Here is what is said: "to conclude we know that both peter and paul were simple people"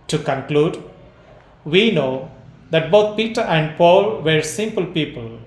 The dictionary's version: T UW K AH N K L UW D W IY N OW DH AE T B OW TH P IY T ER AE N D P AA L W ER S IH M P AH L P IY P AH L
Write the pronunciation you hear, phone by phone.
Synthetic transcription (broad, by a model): T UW K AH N K L UW D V IY N OW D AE T B OW T P IY T ER AE N D P AA L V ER S IH M P AH L P IY P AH L